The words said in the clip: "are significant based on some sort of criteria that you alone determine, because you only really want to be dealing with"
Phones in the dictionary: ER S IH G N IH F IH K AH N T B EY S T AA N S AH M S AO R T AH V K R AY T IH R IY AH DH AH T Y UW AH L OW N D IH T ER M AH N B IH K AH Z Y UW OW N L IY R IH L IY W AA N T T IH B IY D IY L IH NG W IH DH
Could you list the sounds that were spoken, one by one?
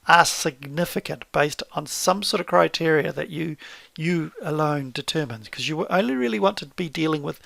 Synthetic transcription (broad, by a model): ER S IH G N IH F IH K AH N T B EY S T N S AH M S AO R T AH V K R AY T IH R IY AH DH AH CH Y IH AH L OW N D IH T ER M AH N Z K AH Z Y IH OW N L IY R IH L IY W AA N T T IH B IY D IY L IH NG W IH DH